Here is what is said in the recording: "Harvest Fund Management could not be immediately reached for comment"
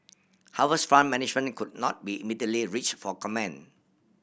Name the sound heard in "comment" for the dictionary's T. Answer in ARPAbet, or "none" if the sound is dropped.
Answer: none